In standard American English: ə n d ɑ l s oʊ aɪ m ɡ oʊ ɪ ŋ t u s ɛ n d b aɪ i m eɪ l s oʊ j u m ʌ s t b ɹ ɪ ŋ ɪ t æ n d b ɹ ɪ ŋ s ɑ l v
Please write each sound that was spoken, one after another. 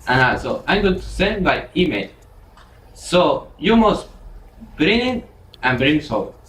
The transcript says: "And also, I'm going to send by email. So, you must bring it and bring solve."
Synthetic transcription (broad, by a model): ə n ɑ s oʊ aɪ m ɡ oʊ t u s ɛ n d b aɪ i m eɪ l s oʊ j u m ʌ s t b ɹ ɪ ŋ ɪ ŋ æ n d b ɹ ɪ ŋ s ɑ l